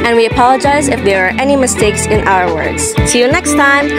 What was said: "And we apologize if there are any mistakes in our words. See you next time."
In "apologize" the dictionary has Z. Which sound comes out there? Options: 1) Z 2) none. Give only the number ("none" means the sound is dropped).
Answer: 1